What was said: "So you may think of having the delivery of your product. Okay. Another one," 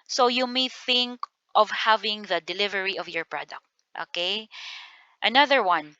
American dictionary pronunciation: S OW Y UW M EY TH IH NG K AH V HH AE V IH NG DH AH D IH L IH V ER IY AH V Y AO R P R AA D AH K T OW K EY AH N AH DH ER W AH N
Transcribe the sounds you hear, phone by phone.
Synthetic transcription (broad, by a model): S OW Y UW M EY TH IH NG K AH V HH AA V IH NG DH AH D IH L IH V ER IY AH V Y AO R P R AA D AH K T OW K EY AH N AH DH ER W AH N